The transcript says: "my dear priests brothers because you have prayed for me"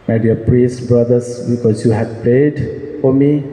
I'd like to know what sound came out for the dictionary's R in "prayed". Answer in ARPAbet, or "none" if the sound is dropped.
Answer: L